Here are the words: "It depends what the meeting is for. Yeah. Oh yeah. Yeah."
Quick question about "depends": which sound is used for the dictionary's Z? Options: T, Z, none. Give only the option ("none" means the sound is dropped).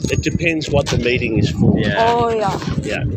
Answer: Z